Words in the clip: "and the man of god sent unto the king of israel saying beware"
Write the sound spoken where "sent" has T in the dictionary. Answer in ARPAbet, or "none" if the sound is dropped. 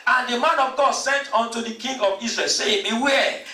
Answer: T